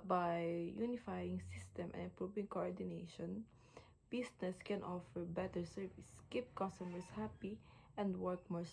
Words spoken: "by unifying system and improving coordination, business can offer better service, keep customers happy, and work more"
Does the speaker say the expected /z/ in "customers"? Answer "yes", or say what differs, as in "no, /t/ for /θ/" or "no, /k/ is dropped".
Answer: no, /s/ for /z/